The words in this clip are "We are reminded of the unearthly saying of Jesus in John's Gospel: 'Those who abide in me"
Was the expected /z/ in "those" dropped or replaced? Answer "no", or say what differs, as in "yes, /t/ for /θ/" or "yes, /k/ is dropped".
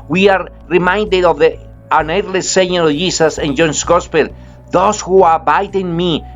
yes, /s/ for /z/